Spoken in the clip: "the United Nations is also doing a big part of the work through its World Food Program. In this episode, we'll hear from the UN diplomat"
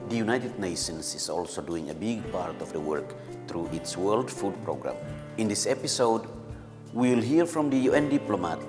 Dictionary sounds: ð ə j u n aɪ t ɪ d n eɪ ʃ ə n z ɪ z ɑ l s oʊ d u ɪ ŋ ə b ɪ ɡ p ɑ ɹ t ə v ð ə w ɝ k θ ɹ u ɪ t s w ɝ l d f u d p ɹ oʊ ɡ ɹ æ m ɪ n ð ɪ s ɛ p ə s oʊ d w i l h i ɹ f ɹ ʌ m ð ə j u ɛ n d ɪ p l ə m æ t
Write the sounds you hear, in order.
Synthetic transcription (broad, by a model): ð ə j u n aɪ t ɪ d n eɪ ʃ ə n s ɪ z ɑ l s oʊ d u ɪ ŋ ə b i ɡ p ɑ ɹ t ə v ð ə w ɝ k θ ɹ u ɪ t s w ɝ l d f u d p ɹ oʊ ɡ ɹ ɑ m ɪ n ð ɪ s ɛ p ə s oʊ d w i l h i ɹ f ɹ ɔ m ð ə j u ɛ n d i p l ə m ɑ t